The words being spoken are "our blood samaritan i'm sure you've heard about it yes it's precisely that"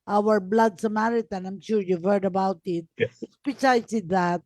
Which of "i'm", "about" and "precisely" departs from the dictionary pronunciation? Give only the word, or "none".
precisely